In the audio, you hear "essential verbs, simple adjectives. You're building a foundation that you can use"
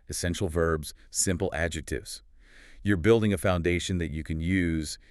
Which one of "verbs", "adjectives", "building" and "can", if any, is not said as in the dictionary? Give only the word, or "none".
none